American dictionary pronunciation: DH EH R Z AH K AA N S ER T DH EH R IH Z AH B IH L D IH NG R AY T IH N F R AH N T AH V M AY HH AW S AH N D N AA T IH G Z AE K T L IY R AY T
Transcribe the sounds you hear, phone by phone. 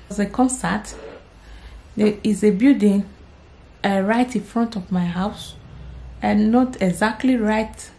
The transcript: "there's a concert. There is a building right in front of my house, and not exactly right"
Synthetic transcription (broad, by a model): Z AH K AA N S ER T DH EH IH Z AH B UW D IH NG R AY T IH N F R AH N T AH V M AY HH AW S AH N N AA T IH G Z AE K T L IY R AY T